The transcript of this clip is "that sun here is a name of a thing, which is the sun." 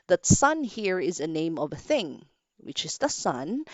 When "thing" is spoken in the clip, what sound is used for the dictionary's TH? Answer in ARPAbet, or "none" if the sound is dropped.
TH